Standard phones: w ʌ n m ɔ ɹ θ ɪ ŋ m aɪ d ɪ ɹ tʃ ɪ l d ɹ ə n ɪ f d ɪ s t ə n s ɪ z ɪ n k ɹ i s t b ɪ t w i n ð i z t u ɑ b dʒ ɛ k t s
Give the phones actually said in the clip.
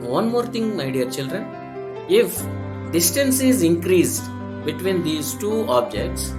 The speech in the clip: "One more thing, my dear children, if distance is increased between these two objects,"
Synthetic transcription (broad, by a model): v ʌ n m ɔ ɹ t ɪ ŋ m aɪ d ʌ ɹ tʃ ɪ l d ɹ ə n ɪ f d ɪ s t ə n s ɪ z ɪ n k ɹ i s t b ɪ t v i n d i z t u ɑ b dʒ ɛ k t s